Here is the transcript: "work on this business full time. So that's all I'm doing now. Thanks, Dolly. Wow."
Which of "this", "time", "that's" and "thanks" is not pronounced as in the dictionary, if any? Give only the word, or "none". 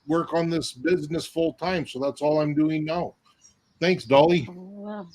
none